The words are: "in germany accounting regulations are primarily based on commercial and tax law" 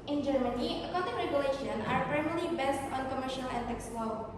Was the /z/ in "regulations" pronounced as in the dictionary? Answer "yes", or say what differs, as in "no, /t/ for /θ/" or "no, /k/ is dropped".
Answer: no, /z/ is dropped